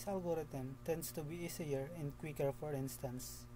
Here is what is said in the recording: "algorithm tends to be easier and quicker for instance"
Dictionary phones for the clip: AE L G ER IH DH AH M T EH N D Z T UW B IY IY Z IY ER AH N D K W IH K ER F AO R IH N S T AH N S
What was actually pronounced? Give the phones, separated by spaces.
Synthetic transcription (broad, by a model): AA L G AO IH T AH M T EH N D S T UW B IY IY S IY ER AH N D K W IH K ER F AO R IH N S T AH N S